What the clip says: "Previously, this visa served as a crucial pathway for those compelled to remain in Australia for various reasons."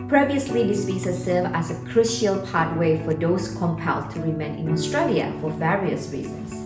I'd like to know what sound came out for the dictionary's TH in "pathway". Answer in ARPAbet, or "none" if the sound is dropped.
T